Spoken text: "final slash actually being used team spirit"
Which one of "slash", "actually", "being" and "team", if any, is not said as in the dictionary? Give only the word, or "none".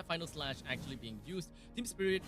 none